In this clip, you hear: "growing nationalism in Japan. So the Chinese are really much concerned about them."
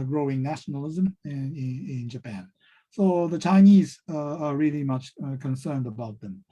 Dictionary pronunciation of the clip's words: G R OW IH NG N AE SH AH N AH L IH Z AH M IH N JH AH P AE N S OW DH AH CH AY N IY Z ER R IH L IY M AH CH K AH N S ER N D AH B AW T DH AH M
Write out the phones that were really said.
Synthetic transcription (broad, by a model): G R OW IH NG N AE SH N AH L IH Z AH M IH N JH AH P AE N S OW DH AH CH AY N IY Z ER R IH L IY M AH CH K AH N S ER N D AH B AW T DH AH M